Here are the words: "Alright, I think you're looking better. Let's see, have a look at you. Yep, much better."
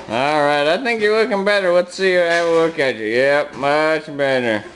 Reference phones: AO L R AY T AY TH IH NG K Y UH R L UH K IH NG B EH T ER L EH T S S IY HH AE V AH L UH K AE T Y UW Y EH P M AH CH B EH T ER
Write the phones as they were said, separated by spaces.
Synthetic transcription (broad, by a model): AO L R AY T AY TH IH NG K Y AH R L UH K IH NG B EH T ER W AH T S S IY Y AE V AH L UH K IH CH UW Y EH P M AH CH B EH T ER